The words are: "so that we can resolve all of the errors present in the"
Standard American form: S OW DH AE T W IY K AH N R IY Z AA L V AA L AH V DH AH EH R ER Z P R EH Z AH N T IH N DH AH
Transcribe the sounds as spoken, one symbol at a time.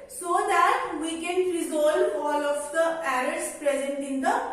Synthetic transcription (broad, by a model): S OW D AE T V IY K AH N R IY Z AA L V AA L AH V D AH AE R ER S P R EH Z AH N T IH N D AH